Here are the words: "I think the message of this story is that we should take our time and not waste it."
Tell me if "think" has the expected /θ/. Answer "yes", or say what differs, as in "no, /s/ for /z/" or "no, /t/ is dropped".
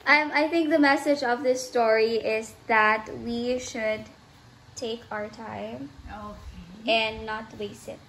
yes